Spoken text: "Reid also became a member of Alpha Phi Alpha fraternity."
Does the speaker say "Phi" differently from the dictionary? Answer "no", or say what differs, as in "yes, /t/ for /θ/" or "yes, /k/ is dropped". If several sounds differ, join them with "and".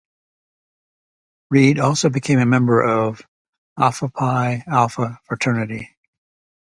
yes, /p/ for /f/